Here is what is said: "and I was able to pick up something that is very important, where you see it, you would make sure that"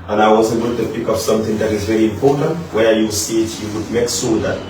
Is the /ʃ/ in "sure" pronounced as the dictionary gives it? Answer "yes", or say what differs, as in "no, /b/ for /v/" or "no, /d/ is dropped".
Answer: no, /s/ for /ʃ/